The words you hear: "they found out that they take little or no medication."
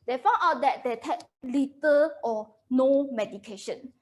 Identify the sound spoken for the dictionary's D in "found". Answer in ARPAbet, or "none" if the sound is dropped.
none